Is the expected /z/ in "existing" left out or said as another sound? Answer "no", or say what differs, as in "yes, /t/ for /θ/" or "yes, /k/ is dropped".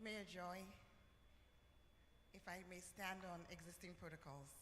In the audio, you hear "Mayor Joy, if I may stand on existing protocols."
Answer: no